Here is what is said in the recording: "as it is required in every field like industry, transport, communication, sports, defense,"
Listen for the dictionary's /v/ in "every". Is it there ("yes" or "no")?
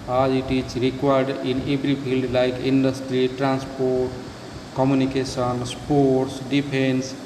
no